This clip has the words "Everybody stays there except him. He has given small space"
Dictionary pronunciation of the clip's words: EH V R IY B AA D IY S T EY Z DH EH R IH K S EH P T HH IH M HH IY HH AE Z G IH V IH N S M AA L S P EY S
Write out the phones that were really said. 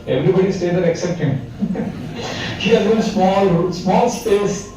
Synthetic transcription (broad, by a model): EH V R IY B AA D IY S T EY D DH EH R IH K S EH P T HH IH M HH IY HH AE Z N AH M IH L S M AA L S P EY S